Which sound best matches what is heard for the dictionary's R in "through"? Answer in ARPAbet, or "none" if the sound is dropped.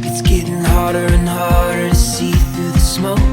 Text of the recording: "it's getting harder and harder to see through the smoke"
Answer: W